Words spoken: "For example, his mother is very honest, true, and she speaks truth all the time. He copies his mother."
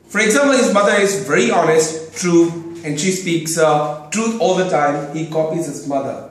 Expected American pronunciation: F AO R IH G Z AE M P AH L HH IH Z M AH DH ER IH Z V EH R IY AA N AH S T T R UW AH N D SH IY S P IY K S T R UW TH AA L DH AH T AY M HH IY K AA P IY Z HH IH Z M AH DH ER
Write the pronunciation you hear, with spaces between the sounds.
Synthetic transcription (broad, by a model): F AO R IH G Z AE M P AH L HH IH Z M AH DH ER IH Z V EH R IY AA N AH S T T R UW AH N D SH IY S P IY K S T R UW T AA L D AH T AY M HH IY K AA P IY Z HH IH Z M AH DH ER